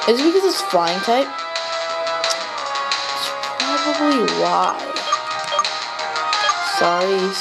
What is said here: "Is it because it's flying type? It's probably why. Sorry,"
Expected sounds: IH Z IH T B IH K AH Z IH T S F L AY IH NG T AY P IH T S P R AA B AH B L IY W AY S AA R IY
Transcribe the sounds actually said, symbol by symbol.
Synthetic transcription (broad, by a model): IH Z IH T B IH K AH Z IH T S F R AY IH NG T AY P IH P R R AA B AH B L IY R AY S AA R IY